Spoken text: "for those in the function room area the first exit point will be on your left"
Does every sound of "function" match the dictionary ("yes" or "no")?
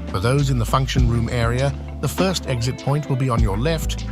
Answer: yes